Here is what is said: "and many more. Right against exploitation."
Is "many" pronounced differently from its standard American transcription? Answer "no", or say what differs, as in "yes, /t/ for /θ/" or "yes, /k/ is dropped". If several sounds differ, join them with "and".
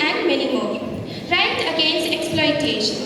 yes, /l/ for /n/